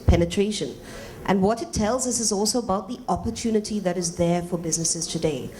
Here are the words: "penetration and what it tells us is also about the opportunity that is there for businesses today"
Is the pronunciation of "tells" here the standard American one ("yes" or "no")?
yes